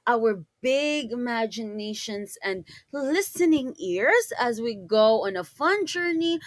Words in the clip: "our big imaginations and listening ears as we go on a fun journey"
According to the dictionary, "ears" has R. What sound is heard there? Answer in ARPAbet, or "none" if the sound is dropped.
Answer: R